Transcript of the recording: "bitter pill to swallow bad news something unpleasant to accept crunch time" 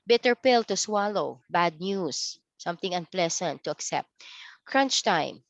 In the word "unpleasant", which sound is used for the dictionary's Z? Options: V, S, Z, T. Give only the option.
S